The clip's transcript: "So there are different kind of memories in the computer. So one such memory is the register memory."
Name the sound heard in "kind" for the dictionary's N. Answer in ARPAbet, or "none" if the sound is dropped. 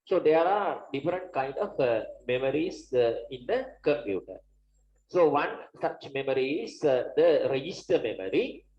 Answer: N